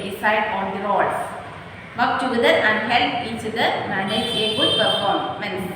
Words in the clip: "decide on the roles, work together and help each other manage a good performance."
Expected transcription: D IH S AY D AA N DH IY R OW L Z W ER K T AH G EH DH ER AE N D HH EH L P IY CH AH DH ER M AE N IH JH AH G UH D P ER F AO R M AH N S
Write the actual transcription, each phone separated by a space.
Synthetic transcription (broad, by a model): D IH S AY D AA N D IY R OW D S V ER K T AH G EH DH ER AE N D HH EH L IY CH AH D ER M AE N IH JH AH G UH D P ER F AO R M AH N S